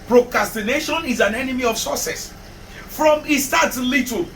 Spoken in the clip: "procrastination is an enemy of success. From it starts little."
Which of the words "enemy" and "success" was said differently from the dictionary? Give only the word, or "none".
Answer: success